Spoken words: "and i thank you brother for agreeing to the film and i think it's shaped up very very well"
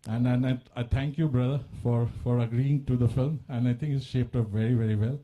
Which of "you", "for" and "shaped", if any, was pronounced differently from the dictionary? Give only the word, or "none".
none